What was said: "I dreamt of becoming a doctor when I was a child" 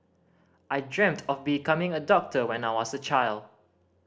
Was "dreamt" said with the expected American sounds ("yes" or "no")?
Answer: yes